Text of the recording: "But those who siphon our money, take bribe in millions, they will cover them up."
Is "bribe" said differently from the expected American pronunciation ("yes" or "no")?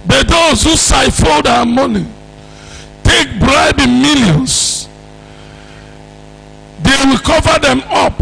no